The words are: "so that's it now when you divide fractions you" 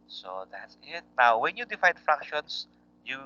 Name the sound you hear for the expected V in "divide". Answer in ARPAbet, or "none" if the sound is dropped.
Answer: F